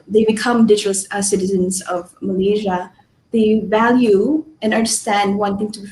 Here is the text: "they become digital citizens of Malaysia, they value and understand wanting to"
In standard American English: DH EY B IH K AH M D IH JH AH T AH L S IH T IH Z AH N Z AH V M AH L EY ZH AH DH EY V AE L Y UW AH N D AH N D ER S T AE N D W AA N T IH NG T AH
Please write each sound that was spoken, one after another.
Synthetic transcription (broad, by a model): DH EY B IH K AH M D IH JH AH S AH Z S IH T IH Z AH N Z AH V M AH L EY ZH AH DH EY V AE L Y UW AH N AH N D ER S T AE N D W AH N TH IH NG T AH